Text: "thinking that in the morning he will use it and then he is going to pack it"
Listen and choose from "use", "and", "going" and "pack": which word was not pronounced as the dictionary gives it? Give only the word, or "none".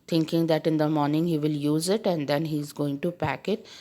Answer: none